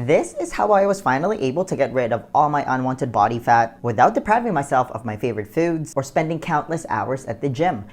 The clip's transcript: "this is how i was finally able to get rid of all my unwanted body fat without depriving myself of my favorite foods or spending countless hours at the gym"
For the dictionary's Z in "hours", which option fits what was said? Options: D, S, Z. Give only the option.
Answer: Z